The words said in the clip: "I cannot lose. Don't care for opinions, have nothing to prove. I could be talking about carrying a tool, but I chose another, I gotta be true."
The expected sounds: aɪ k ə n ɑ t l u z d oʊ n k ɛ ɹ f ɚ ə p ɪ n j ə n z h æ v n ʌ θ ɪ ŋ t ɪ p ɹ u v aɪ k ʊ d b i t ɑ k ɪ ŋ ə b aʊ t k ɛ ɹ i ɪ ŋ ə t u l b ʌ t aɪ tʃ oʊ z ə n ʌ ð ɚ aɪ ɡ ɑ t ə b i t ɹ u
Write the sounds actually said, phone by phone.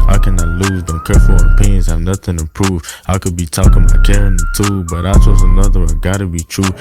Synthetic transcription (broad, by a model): aɪ k ə n ɑ t l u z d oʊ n k ɛ ɹ f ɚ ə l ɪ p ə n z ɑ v n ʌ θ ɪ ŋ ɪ p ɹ u v aɪ k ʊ d b i t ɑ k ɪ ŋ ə ɪ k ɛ ɹ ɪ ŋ ə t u b ʌ t aɪ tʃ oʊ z ə n ʌ ð ɚ aɪ ɡ ɑ t ə b i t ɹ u